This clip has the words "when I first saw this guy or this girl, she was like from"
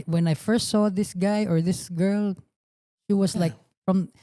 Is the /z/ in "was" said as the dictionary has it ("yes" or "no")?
no